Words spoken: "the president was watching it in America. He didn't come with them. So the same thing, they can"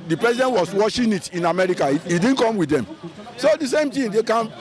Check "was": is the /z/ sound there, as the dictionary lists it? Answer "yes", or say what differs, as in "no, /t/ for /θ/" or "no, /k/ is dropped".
no, /s/ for /z/